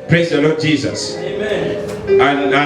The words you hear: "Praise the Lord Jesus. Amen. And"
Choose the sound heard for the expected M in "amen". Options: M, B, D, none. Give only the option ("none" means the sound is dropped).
none